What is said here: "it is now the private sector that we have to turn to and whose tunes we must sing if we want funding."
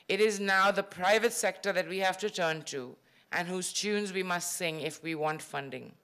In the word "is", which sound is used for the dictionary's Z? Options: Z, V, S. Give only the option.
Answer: Z